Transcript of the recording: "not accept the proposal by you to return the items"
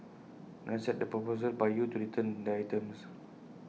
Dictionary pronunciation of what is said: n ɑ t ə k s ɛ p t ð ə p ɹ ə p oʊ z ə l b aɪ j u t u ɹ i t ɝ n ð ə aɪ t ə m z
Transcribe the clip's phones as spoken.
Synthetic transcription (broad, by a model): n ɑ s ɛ t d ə p ɹ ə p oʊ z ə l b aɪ j u t u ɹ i t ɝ n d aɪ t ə m s